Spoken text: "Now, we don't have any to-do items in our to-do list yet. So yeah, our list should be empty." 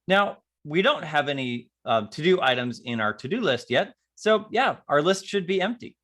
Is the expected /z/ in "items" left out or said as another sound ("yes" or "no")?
no